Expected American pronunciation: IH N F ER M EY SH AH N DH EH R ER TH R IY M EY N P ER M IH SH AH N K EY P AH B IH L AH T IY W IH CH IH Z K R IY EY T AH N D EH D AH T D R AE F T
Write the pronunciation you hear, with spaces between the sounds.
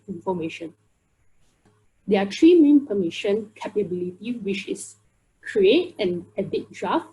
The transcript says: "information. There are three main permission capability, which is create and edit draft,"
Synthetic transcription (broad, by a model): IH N F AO M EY SH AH N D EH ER T R IY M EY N P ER M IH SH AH N K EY P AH B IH L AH T IY W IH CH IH S K R IY EY T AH N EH D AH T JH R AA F